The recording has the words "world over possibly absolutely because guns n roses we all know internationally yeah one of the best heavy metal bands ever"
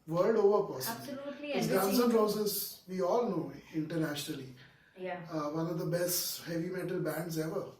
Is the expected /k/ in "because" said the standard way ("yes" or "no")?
no